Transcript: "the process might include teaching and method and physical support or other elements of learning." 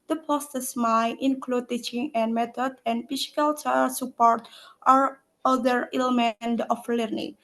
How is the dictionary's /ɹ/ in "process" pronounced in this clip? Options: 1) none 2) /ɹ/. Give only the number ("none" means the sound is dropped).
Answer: 1